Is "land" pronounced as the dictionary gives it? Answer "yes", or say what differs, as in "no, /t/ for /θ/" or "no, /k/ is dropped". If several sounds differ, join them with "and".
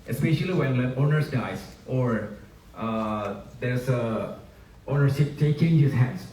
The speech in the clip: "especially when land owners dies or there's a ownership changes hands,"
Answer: no, /d/ is dropped